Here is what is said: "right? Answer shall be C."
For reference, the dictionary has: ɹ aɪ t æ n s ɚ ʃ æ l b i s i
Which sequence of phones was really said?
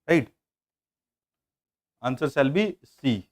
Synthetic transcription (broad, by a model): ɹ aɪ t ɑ n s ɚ s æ l b i s i